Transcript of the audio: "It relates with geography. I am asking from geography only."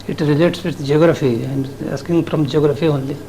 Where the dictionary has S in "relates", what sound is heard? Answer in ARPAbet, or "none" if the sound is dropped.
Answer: S